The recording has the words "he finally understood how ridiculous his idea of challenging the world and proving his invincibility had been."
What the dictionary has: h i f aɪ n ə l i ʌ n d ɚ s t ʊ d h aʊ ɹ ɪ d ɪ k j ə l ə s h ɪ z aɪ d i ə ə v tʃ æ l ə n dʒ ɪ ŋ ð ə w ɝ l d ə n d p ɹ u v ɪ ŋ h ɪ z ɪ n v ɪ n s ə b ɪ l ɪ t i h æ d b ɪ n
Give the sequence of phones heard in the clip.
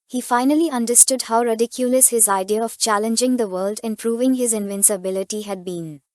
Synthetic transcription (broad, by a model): h i f aɪ n ə l i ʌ n d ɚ s t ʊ d h aʊ ɹ ɪ d ɪ k j ə l ə s h ɪ z aɪ d i ə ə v tʃ æ l ə n dʒ ɪ ŋ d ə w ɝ l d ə n p ɹ u v ɪ ŋ h ɪ z ɪ n v ɪ n s ə b ɪ l ɪ t i h æ d b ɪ n